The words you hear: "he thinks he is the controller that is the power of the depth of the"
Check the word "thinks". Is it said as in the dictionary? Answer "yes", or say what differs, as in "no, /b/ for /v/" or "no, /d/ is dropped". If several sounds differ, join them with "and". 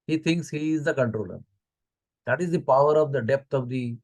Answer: no, /t/ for /θ/